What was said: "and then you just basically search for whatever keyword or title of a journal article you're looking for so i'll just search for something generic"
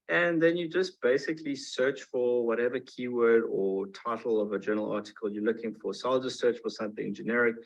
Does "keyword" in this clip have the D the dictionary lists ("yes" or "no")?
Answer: yes